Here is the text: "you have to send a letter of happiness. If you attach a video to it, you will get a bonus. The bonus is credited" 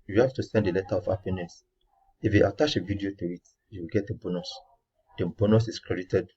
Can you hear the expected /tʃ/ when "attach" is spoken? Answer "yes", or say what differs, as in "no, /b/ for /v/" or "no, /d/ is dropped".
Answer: no, /ʃ/ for /tʃ/